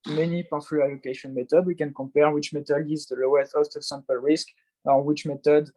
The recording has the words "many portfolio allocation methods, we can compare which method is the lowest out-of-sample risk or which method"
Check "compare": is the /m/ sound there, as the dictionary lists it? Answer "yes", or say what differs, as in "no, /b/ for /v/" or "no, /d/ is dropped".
no, /m/ is dropped